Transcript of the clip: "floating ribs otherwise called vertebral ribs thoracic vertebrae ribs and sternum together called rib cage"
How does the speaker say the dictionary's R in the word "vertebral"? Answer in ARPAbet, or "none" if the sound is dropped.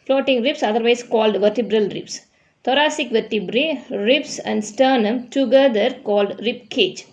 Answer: R